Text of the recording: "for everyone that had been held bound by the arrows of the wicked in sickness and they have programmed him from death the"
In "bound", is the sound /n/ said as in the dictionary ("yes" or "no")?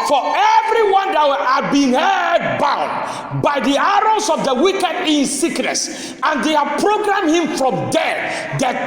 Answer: yes